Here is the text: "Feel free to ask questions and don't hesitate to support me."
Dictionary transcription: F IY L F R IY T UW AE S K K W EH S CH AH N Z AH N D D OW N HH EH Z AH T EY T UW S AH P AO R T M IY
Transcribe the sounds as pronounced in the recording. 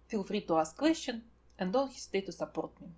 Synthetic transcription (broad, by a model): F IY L F R IY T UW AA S K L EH SH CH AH N AH N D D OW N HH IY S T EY T UW S AH P AO R T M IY